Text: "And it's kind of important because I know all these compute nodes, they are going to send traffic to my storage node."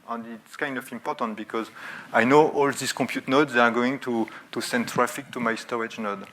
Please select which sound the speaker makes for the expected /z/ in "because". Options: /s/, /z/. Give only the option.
/z/